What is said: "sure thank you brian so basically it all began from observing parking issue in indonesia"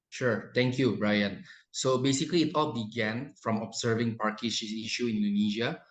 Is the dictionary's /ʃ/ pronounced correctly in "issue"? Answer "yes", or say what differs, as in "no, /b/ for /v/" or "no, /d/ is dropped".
no, /s/ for /ʃ/